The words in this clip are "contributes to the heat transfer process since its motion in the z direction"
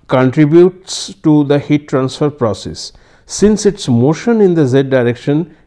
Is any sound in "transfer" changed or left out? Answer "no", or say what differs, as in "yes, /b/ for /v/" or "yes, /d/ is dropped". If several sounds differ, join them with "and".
no